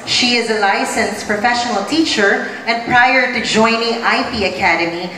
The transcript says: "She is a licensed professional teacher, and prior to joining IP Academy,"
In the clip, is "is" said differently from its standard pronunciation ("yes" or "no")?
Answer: no